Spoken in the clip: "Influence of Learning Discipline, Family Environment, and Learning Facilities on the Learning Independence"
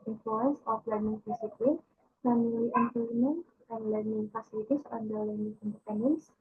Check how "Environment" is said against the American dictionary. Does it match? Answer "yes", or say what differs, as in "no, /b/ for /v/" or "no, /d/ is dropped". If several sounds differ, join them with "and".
no, /p/ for /v/